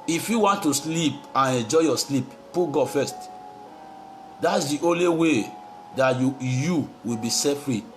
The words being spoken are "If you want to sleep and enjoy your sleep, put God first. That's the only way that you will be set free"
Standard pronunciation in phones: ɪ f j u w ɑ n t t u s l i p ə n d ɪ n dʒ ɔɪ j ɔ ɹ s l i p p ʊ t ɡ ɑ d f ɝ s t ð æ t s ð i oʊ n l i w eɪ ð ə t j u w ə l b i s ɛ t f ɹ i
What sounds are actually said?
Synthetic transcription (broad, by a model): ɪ f j u w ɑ n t t u s l i p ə n ɪ n dʒ ɔɪ j ɔ s l i p p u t ɡ ɑ d f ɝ s t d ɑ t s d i oʊ n l i w eɪ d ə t j u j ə w b i s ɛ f ɹ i